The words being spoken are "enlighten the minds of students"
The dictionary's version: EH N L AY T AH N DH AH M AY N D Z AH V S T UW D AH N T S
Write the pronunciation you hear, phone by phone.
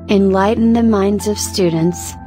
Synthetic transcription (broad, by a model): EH N L AY T N DH AH M AY N D Z AH V S T UW D N T S